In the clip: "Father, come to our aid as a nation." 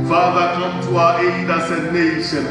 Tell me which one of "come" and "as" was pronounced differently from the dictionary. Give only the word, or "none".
as